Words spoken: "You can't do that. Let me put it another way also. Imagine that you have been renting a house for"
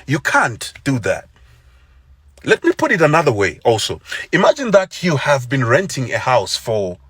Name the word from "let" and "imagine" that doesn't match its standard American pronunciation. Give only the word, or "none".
none